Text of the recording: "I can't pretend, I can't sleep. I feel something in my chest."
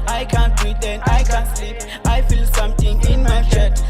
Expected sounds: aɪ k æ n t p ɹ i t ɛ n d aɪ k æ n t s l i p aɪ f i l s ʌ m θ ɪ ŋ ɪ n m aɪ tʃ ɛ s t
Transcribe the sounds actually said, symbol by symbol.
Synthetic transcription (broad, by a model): aɪ k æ n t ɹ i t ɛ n aɪ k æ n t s i aɪ f i l s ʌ m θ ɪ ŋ ɪ n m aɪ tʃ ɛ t